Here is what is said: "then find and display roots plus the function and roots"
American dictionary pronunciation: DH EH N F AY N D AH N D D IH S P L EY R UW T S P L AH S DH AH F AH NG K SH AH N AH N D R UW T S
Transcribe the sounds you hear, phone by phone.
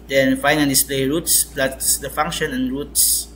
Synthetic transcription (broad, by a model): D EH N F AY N AH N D D IH S P L EY R UW T S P L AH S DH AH F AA NG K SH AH N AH N R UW T S